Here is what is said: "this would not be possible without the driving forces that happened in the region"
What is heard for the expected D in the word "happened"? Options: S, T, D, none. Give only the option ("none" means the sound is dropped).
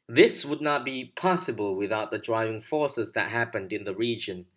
D